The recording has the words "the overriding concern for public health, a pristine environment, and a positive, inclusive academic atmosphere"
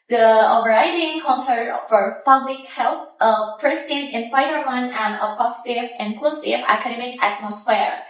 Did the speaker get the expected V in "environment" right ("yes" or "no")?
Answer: no